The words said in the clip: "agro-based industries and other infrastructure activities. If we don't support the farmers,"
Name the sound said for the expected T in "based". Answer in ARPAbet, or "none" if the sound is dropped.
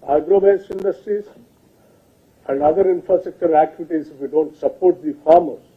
none